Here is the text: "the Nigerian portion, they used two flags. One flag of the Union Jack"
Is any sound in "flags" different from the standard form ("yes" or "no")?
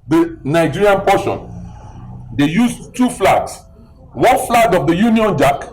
yes